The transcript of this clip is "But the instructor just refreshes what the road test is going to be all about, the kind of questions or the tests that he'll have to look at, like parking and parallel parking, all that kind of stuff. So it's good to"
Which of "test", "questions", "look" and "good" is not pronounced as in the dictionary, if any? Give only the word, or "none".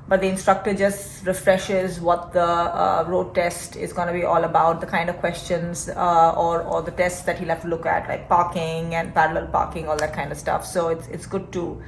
none